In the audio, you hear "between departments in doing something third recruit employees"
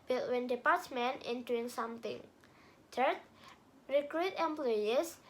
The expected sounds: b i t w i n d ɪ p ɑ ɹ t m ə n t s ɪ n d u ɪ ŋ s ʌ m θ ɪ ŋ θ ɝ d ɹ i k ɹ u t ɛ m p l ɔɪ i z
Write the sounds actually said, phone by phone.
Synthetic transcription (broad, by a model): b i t w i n d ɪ p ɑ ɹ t m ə n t ɪ n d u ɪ ŋ s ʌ m t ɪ ŋ t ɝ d ɹ i k ɹ u t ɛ m p l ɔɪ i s